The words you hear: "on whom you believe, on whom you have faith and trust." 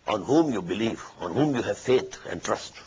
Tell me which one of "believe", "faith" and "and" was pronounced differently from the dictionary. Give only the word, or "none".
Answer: faith